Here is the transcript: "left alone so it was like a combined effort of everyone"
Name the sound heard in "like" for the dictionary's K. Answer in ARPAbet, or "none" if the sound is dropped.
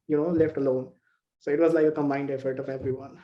none